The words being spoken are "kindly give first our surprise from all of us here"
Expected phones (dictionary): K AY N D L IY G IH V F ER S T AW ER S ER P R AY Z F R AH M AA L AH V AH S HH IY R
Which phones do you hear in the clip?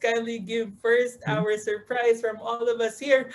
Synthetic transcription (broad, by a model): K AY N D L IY G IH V F ER S T AW ER S ER P R AY Z F R AH M AA L AH V AH S HH IY R